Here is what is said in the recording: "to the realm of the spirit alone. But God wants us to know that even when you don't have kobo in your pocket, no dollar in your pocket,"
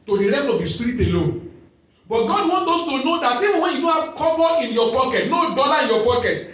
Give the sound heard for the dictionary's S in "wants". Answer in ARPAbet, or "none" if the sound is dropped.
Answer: none